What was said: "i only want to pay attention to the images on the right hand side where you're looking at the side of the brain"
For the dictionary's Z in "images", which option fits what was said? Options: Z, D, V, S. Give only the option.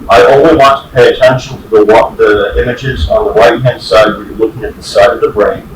Z